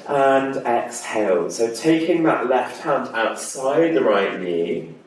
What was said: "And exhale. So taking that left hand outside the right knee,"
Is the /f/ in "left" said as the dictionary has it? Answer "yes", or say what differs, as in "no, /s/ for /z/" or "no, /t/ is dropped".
yes